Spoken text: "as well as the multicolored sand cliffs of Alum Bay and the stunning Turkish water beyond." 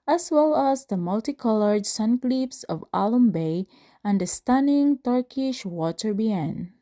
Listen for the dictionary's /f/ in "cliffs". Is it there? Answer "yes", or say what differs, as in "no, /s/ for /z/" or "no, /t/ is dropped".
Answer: no, /p/ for /f/